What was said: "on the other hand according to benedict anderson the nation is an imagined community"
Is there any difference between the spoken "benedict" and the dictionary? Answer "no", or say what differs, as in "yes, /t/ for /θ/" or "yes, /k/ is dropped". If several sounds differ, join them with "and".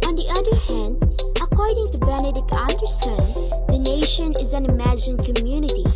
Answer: yes, /t/ is dropped